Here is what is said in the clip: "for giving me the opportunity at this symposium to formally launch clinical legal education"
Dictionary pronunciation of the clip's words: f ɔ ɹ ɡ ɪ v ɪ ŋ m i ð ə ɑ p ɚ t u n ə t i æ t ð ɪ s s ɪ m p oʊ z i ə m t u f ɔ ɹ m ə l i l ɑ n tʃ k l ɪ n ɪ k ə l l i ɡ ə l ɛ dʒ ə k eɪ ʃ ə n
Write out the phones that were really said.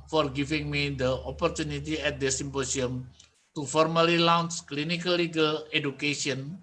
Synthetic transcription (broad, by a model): f ɔ ɹ ɡ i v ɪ ŋ m i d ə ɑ p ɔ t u n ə t i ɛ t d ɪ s s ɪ m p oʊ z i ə m t u f ɔ ɹ m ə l i l ɑ n s k l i n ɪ k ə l l i ɡ ə l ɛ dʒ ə k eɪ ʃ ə n